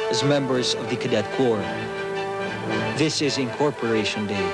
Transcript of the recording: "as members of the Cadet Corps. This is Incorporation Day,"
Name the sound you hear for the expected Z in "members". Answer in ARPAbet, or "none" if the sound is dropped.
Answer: Z